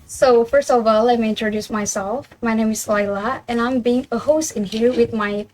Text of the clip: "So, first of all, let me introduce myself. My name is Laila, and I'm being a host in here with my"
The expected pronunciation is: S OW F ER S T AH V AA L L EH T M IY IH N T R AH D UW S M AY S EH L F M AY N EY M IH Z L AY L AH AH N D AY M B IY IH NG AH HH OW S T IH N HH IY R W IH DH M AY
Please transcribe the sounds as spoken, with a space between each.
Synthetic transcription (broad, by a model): S OW F ER S T AH V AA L L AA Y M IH IH N T R AH D UW S M AY S EH L F M AY N EY M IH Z L AY L AH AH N AY M B IY IH NG AH HH OW S T IH N HH IY R W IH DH M AY